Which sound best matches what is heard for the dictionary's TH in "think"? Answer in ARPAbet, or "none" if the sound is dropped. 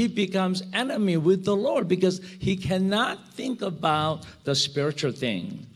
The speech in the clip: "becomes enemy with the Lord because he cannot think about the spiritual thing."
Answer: TH